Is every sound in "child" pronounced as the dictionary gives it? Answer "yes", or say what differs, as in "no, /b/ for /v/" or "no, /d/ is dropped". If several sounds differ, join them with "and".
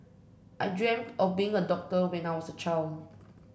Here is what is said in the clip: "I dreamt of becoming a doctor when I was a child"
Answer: no, /d/ is dropped